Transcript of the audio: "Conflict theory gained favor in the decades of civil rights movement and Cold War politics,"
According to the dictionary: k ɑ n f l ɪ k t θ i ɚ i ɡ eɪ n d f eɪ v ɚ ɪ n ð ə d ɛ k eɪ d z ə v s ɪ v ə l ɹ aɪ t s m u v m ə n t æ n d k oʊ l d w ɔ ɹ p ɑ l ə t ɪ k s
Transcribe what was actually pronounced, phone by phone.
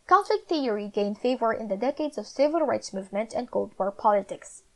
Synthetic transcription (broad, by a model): k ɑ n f l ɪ k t θ i ɚ i ɡ eɪ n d f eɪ v ɚ ɪ n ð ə d ɛ k eɪ d z ə v s ɪ v ə l ɹ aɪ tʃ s m u v m ə n t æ n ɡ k oʊ l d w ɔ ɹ p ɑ l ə t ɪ k s